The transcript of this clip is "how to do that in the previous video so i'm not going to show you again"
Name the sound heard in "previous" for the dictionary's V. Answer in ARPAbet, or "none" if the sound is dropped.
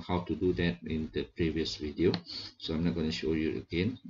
V